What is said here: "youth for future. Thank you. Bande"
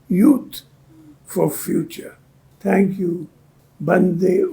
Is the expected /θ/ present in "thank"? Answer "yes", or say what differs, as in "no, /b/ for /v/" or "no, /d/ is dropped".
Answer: no, /t/ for /θ/